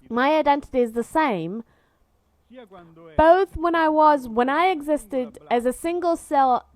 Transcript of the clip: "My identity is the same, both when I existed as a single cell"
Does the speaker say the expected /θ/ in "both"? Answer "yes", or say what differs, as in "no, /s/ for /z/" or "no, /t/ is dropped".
yes